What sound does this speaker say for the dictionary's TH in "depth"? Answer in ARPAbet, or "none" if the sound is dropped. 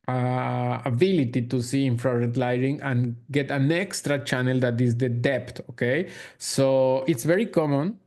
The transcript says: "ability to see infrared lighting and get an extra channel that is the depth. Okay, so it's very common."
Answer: T